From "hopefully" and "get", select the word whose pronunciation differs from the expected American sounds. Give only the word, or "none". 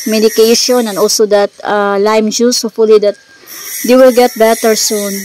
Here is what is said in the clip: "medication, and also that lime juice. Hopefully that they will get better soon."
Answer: hopefully